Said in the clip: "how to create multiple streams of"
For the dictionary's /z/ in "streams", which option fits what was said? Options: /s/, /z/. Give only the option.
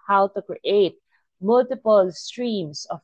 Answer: /s/